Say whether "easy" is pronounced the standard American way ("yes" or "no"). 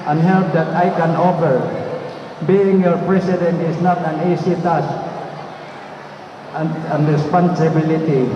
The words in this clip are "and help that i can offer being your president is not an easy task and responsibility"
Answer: no